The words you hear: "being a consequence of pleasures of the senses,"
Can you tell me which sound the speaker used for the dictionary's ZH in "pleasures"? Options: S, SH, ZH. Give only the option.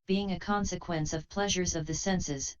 ZH